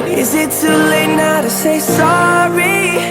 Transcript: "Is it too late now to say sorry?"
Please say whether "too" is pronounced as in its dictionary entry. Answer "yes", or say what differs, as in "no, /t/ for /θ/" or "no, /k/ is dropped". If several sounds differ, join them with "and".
no, /s/ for /t/